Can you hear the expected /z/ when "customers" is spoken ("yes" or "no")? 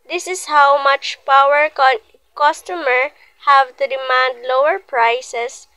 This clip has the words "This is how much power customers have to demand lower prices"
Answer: no